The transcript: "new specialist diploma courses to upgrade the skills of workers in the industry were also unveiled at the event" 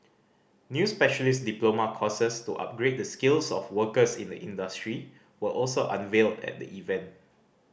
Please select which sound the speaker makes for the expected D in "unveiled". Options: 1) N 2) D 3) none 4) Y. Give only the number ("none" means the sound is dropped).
2